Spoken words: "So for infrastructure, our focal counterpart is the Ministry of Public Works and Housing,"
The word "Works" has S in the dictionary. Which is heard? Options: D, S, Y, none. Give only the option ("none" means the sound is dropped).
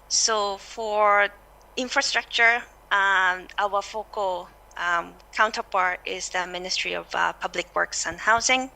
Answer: S